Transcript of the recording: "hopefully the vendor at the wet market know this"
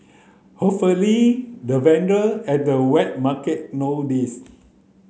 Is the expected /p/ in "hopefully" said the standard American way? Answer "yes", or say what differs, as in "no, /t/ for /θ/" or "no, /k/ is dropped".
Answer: no, /p/ is dropped